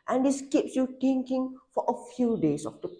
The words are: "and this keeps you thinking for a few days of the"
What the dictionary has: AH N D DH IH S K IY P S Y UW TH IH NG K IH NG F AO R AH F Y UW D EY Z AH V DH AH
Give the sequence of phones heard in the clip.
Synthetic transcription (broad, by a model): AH N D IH S K IY P S Y UW T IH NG K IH NG F AO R AH F Y UW D EY S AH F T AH